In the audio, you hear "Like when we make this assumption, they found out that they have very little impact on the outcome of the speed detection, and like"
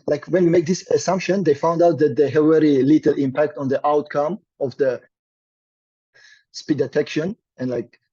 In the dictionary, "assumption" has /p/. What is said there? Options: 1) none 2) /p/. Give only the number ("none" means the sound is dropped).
2